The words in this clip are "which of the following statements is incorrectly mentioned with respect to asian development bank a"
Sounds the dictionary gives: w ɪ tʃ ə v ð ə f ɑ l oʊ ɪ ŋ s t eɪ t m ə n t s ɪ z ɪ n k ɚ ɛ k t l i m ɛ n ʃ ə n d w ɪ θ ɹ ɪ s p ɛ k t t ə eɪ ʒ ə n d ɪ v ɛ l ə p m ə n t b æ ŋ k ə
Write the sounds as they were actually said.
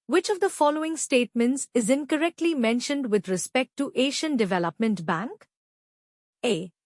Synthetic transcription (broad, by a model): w ɪ tʃ ə v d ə f ɑ l oʊ ɪ ŋ s t eɪ t m ə n t s ɪ z ɪ n k ɚ ɛ k t l i m ɛ n ʃ ə n d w ɪ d ɹ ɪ s p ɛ k t t eɪ ʃ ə n d ɪ v ɛ l ə p m ə n t b æ ŋ k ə